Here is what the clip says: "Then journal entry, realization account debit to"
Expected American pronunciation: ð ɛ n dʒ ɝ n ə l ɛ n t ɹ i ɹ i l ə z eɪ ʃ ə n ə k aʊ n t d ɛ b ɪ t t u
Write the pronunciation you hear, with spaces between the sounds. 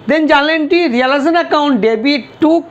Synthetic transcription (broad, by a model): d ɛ n dʒ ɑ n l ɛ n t i ɹ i l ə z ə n ə k aʊ n t d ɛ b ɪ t t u